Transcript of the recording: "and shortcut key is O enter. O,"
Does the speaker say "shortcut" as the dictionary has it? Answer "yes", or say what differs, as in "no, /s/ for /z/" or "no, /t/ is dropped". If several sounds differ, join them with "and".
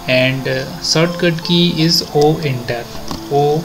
no, /s/ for /ʃ/